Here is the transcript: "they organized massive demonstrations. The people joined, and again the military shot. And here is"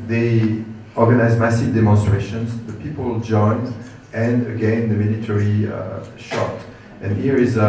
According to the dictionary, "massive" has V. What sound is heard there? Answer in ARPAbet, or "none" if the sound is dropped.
V